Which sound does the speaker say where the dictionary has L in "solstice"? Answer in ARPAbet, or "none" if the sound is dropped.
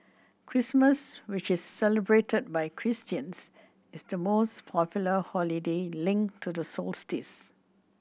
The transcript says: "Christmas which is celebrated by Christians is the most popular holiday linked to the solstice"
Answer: L